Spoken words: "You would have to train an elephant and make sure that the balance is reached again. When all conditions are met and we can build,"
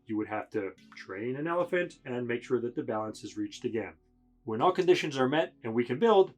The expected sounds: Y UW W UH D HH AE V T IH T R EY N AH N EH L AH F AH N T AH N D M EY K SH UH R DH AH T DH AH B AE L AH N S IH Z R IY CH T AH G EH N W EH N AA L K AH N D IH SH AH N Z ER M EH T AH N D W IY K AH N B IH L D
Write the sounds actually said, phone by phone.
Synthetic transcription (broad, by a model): Y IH W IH D HH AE F T IH T R EY N AH N EH L AH F AH N T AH N M EY K SH UH R DH AH T DH AH B AE L AH N S IH Z R IY CH T AH G EH N W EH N AA L K AH N D IH SH AH N Z ER M EH T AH N W IY K AH N B IH L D